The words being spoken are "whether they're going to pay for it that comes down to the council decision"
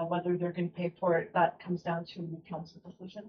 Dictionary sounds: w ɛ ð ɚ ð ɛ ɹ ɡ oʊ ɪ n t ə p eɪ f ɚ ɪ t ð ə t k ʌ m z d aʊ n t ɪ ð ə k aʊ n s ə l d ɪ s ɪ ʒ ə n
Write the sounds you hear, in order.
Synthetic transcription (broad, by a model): w ɛ ð ɚ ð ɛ ɹ ɡ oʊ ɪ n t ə p eɪ f ɚ ɪ t ð ə t k ʌ m z d aʊ n t ɪ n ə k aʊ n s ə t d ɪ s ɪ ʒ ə n